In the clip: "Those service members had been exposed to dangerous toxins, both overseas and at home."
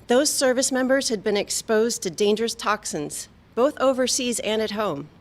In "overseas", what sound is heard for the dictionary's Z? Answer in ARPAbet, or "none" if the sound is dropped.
Z